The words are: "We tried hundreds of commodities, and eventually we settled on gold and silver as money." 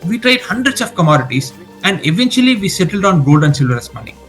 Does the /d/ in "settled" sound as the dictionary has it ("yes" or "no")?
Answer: yes